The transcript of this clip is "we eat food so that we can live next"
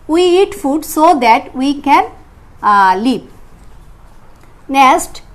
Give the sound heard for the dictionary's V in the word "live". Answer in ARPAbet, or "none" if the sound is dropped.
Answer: P